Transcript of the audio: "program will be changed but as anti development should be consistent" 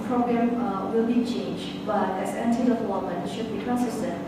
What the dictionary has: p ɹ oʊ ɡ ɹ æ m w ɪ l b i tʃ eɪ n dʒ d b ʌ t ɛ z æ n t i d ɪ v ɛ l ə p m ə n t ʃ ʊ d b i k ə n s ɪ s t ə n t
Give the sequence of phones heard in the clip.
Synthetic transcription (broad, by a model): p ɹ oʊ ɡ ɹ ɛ m w ɪ l b i tʃ eɪ n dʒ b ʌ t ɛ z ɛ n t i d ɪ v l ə m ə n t ʃ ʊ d b i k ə n s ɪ s t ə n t